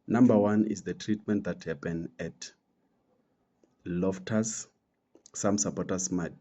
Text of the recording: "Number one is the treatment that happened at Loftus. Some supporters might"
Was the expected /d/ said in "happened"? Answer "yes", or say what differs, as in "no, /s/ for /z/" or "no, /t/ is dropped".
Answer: no, /d/ is dropped